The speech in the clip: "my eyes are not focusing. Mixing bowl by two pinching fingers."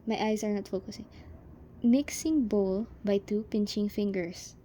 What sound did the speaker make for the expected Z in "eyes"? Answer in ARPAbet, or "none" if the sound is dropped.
S